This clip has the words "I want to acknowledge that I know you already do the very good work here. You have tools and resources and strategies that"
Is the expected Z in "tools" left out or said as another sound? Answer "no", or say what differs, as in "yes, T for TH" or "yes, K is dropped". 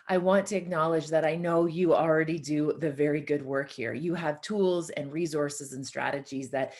no